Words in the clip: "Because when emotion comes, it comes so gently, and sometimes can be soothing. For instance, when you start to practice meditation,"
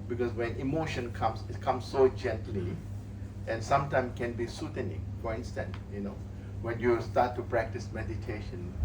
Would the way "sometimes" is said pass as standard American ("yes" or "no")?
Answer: no